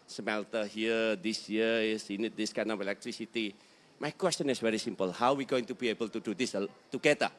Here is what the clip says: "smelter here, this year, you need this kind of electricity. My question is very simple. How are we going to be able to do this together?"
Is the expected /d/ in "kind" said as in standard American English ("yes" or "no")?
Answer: no